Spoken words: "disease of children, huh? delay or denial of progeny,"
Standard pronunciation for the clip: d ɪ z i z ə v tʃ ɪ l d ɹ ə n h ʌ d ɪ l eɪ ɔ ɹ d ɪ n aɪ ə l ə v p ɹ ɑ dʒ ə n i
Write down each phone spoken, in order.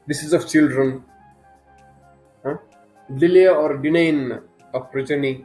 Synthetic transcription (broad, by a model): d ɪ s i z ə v tʃ ɪ l d ɹ ə n h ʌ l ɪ l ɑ ɔ ɹ d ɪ n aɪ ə n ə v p ɹ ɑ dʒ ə n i